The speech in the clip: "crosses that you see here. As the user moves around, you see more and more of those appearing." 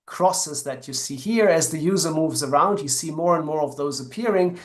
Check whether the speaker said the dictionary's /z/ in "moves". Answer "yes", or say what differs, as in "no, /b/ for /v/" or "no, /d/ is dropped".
yes